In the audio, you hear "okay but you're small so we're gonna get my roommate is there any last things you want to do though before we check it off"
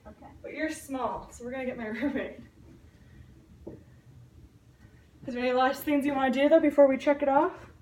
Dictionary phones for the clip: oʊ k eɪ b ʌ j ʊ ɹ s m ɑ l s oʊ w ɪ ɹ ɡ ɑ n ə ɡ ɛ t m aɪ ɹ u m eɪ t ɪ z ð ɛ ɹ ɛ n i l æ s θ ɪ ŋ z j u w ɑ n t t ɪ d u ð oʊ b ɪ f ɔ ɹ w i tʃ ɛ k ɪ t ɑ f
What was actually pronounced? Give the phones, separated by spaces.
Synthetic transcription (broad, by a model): oʊ k eɪ b ʌ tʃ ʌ ɹ s m ɑ l s oʊ w ɪ ɹ ɡ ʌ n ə ɡ ɛ t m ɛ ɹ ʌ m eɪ ɪ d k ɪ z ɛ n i l æ s θ ɪ ŋ z j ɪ w ɑ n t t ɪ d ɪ ð oʊ b ɪ f ɔ ɹ w i tʃ ɛ k ɪ t ɑ f